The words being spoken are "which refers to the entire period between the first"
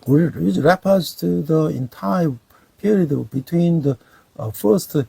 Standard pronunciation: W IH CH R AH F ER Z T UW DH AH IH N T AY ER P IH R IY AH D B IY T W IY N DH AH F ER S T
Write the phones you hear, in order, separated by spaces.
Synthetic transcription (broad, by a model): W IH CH R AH P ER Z T UW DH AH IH N T AY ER P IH R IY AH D B IY T W IY N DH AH F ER S T